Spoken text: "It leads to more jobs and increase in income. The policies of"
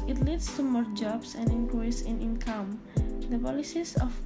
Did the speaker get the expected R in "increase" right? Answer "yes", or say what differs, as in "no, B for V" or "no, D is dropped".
no, L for R